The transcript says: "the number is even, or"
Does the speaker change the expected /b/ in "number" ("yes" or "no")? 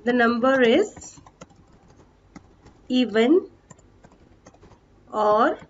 no